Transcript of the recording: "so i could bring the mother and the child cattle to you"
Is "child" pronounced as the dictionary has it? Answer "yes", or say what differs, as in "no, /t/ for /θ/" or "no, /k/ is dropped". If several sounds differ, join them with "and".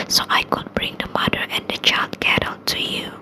yes